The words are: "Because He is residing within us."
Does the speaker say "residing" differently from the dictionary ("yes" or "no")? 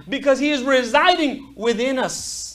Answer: no